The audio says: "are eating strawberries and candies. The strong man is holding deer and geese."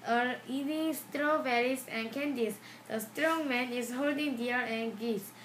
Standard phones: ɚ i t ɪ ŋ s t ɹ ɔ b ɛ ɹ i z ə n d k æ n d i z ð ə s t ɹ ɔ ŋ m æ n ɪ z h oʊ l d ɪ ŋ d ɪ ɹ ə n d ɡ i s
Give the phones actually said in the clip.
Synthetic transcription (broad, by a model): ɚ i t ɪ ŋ s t ɹ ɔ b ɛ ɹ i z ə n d k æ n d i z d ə s t ɹ ɔ ŋ m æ n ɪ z h oʊ l d ɪ ŋ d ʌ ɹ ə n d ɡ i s